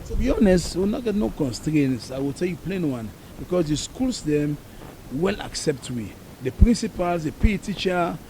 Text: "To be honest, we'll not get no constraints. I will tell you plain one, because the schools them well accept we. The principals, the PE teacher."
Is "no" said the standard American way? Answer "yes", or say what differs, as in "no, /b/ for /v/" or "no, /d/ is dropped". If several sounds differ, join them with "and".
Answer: yes